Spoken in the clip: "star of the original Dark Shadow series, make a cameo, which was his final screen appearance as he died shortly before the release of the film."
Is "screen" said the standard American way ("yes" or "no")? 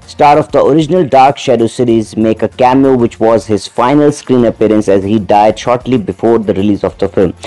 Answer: yes